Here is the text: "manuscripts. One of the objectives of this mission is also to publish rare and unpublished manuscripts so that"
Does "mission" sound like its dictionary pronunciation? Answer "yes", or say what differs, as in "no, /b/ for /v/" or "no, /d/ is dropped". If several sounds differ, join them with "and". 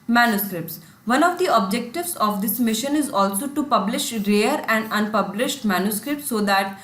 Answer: yes